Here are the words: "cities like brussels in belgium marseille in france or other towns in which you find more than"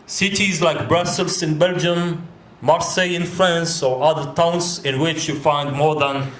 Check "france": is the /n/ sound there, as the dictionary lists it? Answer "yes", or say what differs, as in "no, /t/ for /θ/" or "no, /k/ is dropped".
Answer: yes